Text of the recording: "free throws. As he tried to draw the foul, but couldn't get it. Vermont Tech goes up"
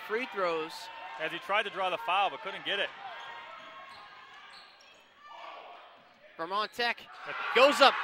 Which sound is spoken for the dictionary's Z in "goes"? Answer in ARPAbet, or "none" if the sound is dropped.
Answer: Z